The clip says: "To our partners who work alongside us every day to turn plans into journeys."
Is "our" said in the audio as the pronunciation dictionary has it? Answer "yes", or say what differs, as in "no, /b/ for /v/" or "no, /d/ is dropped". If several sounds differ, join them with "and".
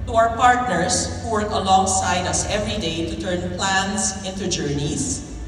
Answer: no, /w/ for /ɹ/